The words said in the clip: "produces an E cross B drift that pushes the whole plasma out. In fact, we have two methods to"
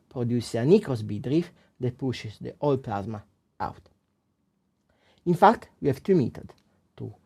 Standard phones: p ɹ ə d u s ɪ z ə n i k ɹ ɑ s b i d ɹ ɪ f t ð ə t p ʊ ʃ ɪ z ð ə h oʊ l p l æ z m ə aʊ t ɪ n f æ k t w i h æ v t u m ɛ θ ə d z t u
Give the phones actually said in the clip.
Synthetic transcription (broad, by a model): p ɹ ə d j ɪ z ə n i k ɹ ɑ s b i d ɹ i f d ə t p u ʃ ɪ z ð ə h oʊ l p l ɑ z m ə aʊ t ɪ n f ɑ k t w i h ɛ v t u m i t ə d t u